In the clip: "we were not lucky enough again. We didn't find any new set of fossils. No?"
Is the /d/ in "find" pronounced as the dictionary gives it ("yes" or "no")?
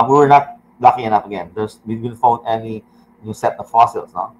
no